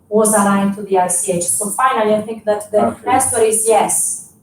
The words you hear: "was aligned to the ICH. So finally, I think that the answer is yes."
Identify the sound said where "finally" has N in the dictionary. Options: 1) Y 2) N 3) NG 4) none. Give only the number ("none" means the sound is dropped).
2